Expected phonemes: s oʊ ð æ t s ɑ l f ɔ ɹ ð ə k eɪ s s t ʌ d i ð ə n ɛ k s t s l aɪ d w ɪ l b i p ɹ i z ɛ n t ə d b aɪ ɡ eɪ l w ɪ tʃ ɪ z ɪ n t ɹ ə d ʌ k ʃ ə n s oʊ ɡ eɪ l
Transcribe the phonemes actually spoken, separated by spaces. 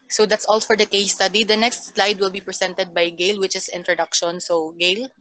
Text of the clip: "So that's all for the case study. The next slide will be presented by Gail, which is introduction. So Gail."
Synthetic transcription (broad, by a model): s oʊ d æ t s ɑ l f ɔ ɹ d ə k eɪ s s t ʌ d i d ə n ɛ k s t s l aɪ d w ɪ l b i p ɹ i s ɛ n t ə d b aɪ ɡ eɪ l w ɪ tʃ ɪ s ɪ n t ɹ ə d ʌ k ʃ ə n s oʊ ɡ eɪ l